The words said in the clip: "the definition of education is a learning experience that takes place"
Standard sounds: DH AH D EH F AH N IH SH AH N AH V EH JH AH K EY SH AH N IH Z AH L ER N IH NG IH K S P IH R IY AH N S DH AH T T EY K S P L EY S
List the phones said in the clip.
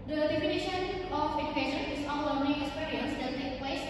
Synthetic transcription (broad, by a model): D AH D EH F AH N IH SH AH N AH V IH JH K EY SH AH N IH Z AH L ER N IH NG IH K S P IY R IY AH N S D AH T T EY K P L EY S